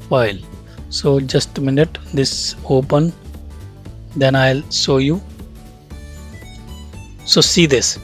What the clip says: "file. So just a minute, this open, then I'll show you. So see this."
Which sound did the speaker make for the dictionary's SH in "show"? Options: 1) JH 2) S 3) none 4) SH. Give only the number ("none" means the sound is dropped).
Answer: 2